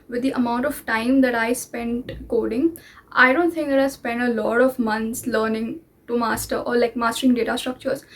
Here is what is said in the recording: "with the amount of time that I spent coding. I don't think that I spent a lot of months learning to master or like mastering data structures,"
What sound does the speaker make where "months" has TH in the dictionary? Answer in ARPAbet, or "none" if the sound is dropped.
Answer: T